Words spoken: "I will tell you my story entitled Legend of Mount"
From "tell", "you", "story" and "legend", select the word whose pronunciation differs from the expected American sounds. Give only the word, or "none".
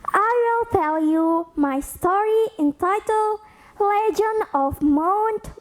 legend